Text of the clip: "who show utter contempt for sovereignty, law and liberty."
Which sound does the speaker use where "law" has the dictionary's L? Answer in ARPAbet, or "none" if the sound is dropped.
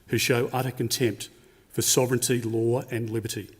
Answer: L